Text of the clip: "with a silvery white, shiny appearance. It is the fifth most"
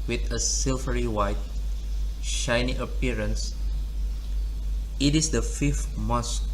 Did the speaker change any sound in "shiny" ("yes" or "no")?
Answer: no